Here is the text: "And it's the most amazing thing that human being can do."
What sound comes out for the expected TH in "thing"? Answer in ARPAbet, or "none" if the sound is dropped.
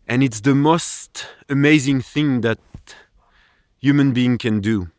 TH